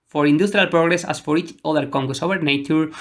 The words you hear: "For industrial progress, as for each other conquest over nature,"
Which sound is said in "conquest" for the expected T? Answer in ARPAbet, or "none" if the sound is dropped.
none